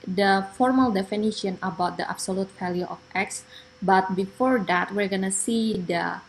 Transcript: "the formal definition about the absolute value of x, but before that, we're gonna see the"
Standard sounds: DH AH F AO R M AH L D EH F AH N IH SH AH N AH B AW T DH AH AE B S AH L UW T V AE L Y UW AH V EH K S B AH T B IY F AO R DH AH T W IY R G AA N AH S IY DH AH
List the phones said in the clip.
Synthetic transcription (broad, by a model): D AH F AO R M AH L D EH F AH N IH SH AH N AH B AW T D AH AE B S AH L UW T F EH L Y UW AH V EH K S B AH T B IY F AO R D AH T W IY R G AA N AH S IY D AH